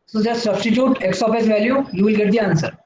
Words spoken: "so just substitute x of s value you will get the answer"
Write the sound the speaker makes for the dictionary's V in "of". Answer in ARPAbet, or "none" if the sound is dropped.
P